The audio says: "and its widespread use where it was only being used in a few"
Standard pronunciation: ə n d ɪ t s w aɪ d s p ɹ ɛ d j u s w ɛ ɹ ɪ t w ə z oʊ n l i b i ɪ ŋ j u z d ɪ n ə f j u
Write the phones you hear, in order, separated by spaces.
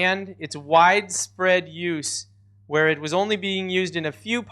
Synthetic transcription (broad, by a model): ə n d ɪ t s w aɪ d s p ɹ ɛ d j u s w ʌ ɹ ɪ t w ə z oʊ n l i b i ɪ ŋ j u z d ɪ n ə f j u